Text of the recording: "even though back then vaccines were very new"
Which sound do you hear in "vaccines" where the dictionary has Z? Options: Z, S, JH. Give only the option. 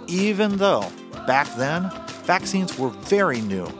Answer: Z